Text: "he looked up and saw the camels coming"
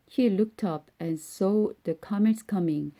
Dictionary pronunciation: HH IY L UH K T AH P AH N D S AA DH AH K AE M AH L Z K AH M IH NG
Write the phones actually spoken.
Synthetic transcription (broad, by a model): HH IY L UH K T AH P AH N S S AA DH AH K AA M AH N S K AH M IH NG